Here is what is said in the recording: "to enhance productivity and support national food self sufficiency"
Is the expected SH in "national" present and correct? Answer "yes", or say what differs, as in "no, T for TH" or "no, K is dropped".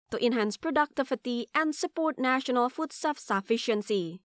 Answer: yes